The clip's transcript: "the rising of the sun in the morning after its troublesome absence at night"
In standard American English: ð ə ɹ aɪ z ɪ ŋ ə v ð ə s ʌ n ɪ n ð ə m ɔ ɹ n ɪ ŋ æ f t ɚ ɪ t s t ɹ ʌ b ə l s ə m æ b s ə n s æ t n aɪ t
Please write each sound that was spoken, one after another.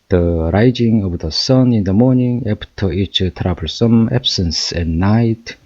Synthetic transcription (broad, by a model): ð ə ɹ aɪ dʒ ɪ ŋ ə v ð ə s ʌ n ɪ n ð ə m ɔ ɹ n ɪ ŋ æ p t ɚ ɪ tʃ t ɹ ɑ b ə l s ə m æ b s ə n s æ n aɪ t